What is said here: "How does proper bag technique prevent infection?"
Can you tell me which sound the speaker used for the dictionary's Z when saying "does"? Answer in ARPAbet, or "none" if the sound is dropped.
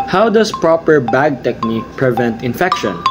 S